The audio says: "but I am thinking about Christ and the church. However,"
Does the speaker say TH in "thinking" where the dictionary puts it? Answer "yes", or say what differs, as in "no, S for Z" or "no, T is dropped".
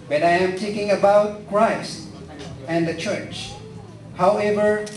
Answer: no, T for TH